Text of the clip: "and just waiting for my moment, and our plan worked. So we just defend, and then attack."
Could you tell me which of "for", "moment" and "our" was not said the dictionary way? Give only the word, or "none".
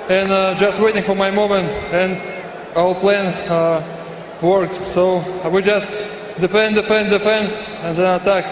our